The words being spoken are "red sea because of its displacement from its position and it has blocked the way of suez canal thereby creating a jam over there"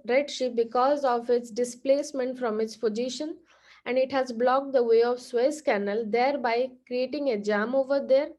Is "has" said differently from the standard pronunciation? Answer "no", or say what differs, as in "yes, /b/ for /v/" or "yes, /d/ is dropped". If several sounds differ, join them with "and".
no